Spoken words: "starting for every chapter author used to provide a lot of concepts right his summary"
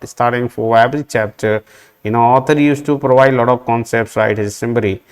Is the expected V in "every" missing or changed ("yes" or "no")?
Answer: yes